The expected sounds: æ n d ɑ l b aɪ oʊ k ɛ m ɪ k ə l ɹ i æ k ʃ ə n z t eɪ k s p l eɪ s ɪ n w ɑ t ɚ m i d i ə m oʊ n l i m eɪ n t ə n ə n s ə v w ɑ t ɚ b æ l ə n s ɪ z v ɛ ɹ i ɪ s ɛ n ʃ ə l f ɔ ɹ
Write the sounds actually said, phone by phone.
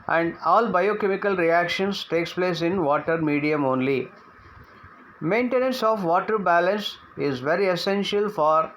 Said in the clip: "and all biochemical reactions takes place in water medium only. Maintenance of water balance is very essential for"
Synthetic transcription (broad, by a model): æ n d ɑ l b aɪ oʊ k ɛ m ɪ k ə l ɹ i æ k ʃ ə n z t eɪ k s p l eɪ s ɪ n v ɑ t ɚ m i d i ə m oʊ n l i m eɪ n t ə n ə n s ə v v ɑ t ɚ b æ l ə n s ɪ z v ɛ ɹ i ɪ s ɛ n ʃ ə l f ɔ ɹ